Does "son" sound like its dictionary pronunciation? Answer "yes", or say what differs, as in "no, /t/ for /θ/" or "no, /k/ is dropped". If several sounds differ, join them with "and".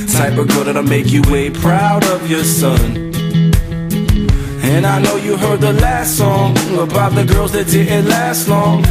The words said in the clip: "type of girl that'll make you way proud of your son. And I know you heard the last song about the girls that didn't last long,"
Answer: yes